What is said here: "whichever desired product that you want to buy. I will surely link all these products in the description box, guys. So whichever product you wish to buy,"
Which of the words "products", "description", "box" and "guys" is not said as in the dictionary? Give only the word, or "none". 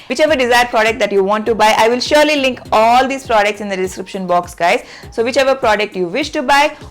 none